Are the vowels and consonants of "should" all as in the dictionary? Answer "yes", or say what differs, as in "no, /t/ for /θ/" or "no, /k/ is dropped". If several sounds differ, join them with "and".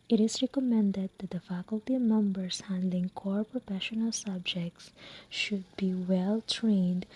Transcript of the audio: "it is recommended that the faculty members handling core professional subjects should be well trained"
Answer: yes